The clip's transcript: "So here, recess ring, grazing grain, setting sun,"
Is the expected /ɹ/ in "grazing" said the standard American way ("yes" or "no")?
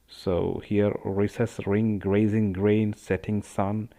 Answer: yes